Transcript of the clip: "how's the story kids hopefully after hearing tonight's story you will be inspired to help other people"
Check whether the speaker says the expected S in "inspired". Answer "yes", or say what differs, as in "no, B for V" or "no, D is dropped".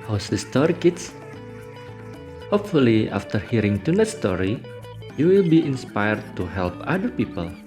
yes